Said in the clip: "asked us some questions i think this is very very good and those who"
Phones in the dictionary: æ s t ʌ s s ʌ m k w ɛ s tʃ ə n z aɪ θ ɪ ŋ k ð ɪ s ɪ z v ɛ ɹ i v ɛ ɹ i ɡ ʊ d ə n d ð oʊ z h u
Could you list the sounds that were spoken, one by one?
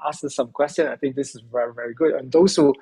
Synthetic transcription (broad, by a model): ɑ s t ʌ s s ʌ m k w ɛ s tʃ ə n aɪ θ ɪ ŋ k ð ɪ s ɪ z v ɛ ɹ i v ɛ ɹ i ɡ ʊ d ə n d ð oʊ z h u